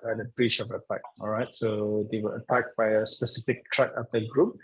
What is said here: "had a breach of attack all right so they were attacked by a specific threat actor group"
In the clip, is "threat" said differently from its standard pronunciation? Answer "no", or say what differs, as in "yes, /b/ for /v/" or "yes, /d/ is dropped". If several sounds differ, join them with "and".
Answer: yes, /t/ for /θ/